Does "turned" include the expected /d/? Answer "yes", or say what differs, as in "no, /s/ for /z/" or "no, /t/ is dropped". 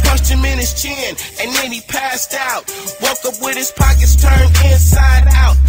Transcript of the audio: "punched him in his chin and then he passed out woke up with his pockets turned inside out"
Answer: no, /d/ is dropped